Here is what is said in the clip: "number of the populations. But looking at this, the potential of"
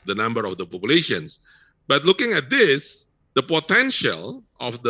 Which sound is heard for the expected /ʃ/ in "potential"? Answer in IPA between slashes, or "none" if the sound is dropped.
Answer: /ʃ/